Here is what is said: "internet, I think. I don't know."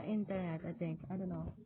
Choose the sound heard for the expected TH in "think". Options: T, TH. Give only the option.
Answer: T